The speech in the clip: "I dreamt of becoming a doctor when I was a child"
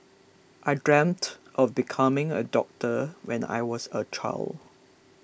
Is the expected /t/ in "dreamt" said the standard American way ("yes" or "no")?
yes